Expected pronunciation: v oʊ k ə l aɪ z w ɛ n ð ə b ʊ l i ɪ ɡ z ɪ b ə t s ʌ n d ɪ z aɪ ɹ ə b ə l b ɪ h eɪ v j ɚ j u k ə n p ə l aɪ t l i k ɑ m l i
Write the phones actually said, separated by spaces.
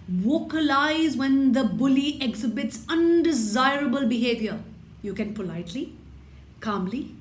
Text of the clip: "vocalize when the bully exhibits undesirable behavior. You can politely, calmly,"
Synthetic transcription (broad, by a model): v oʊ k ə l aɪ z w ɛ n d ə b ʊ l i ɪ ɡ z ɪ b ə t s ʌ n d ɪ z aɪ ɹ ə b ə l b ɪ h eɪ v j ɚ j u k ə n p ə l aɪ t l i k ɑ m l i